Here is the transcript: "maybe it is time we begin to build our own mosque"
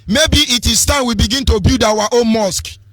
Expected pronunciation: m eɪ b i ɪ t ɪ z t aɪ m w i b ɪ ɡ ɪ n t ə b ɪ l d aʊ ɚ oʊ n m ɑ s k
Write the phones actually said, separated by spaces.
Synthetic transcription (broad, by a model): m eɪ b i ɪ t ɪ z t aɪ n w i b ɪ ɡ ɪ n t ə b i d aʊ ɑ oʊ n m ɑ s k